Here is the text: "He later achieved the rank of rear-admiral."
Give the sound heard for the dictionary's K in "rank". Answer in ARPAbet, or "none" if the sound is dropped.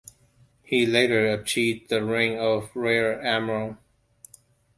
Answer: none